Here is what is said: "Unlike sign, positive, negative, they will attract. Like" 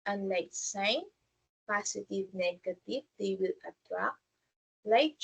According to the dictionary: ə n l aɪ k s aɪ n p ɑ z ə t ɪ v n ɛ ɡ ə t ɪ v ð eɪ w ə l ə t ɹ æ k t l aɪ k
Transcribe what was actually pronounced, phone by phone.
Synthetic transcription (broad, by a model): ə n l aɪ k s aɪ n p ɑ s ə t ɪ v n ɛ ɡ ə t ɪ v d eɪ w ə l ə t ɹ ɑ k l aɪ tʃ